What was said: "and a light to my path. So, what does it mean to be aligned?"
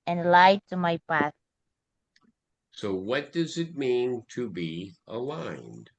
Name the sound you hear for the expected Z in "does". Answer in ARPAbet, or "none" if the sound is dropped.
Z